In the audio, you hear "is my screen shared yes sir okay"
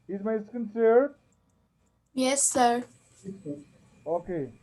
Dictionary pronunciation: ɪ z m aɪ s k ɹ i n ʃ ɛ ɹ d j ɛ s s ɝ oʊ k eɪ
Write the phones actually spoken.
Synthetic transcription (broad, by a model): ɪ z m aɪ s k ʌ n s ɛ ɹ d j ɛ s s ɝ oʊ k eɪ